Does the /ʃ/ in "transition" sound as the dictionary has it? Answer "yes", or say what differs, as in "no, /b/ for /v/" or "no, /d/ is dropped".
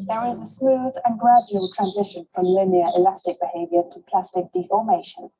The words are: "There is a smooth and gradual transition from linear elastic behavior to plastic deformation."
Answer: yes